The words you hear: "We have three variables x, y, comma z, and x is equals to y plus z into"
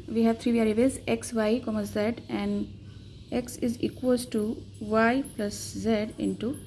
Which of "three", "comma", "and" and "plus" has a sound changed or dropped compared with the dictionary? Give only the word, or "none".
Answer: three